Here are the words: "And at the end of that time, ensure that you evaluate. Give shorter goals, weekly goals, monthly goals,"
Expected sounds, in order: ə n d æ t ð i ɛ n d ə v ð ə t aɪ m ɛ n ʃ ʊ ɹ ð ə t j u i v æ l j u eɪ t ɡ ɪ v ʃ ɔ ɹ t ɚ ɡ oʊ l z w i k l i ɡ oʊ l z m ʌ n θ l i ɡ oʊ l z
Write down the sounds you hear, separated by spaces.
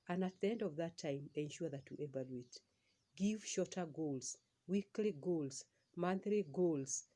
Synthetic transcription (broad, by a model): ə n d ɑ t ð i ɛ n d ə v ð ə t aɪ m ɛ n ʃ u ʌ ð ə t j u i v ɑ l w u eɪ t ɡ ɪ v ʃ ɔ t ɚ ɡ oʊ l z w i k l i ɡ oʊ l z m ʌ n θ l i ɡ oʊ l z